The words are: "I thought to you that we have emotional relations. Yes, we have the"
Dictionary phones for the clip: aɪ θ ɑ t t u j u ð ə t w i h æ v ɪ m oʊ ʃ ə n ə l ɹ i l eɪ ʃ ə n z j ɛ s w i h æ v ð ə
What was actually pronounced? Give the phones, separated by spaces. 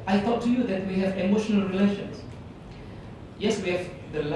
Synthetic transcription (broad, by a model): aɪ t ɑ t t u j u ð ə t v i h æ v ɪ m oʊ ʃ ə n ə l ɹ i l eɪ ʃ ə n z j ɛ s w i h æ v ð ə